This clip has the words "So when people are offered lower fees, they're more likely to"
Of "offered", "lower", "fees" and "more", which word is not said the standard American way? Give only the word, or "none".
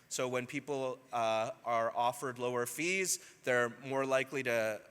none